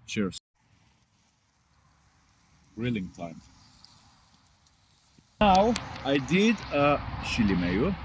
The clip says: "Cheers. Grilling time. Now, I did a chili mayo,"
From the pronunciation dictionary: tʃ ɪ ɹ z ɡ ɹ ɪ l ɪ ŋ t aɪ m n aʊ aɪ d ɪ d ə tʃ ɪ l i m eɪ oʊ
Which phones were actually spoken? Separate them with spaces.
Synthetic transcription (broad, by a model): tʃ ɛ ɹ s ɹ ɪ l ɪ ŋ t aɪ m n aʊ aɪ d ɪ d ə ʃ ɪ l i m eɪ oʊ